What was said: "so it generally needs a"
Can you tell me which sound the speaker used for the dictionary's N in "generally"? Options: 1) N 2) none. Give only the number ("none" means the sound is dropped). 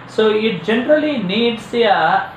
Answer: 1